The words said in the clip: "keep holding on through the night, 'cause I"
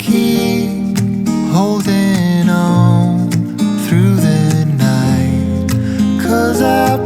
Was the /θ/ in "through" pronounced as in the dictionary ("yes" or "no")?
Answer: yes